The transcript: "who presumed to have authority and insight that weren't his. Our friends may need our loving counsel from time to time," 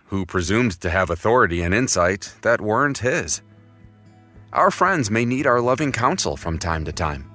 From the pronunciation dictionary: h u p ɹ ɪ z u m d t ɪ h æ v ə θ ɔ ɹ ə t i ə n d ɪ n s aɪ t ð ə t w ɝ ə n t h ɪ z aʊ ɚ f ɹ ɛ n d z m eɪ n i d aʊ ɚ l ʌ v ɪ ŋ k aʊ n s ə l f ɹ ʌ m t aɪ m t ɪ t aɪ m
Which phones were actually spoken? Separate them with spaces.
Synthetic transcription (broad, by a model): h u p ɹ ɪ z u m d t ɪ v ə θ ɔ ɹ ə t i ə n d ɪ n s aɪ t ð ə t w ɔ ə n t h ɪ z aʊ ɚ f ɹ ɛ n d z m eɪ n i d aʊ ɚ l ʌ v ɪ ŋ k aʊ n s l f ɹ ʌ m t aɪ m t ɪ t aɪ m